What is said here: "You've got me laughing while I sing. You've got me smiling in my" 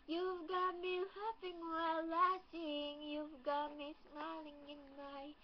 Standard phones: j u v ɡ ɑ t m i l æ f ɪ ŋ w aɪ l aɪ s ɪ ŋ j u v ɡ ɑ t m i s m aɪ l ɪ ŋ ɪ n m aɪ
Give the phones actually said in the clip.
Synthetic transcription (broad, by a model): j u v ɡ ɑ t m i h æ p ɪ ŋ w aɪ l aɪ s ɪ ŋ j u v ɡ ɑ t m i s m aɪ l ɪ ŋ ɪ n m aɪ